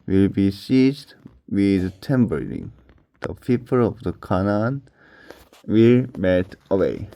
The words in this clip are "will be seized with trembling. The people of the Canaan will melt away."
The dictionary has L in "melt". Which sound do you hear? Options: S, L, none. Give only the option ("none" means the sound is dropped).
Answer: none